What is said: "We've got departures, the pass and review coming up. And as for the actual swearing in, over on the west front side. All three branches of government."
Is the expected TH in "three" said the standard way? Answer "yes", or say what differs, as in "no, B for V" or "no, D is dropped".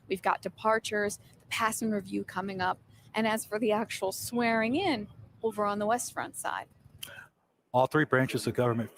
yes